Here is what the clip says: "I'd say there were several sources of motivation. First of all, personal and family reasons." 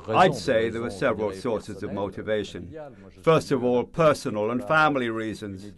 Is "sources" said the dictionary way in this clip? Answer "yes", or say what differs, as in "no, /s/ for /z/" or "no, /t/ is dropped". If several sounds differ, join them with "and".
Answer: yes